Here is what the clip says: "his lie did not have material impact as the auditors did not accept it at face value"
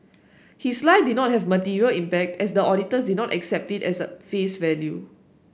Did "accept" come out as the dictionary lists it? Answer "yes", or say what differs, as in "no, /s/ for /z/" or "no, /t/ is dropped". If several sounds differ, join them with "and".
yes